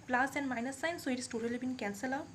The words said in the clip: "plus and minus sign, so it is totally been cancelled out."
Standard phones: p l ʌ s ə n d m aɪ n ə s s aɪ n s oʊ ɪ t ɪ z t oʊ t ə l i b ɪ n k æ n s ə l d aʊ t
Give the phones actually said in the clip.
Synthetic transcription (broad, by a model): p l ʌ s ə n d m aɪ n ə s s aɪ n s oʊ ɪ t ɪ s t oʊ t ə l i b ɪ n k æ n s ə l aʊ